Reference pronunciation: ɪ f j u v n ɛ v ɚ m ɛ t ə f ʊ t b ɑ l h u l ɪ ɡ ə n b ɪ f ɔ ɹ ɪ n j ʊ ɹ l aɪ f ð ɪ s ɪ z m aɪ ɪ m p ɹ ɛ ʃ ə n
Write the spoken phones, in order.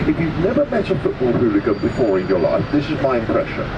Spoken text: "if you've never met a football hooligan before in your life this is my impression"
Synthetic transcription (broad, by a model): ɪ f j u v n ɛ v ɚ m ɛ t ə f ʊ t b ɑ l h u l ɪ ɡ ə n b ɪ f ɔ ɹ ɪ n j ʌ ɹ l aɪ f ð ɪ s ɪ z m aɪ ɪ m p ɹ ɛ ʃ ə n